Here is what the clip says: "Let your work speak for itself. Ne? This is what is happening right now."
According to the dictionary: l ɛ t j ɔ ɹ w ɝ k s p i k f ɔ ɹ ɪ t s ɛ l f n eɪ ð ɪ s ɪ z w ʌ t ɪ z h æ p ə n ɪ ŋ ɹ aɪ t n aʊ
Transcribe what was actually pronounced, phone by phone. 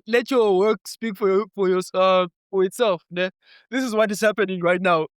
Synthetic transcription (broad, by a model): l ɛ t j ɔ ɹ w ɝ k s p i k f ɔ ɹ ɪ t s ɛ l f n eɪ ð ɪ s ɪ z w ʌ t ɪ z h æ p ə n ɪ ŋ ɹ aɪ t n aʊ